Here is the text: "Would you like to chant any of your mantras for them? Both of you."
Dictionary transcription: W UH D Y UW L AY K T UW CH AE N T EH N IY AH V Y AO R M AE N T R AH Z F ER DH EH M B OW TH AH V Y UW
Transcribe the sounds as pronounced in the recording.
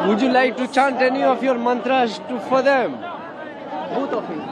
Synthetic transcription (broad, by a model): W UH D Y UW L AY K T UW CH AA N T EH N IY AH F Y AO R M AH N T R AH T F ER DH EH M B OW T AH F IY